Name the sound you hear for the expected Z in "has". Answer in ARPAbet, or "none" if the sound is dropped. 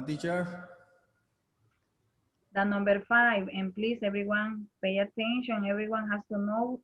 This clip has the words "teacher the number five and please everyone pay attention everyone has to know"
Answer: S